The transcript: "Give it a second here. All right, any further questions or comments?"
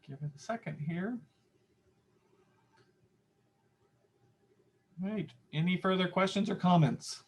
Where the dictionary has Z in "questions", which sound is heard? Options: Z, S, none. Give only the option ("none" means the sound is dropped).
Z